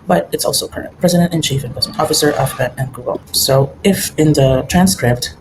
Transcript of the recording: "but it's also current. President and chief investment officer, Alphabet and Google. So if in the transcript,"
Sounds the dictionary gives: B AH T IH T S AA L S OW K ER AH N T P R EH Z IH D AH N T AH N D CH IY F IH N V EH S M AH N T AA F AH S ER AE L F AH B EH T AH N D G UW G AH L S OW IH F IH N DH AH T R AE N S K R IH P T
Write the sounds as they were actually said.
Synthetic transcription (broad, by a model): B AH T IH T S AA L S OW K ER AH N T P R EH Z IH D AH N T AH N CH IY F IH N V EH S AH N AA F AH S ER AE F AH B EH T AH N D G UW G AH L S OW IH F IH N DH AH T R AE N S K R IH P T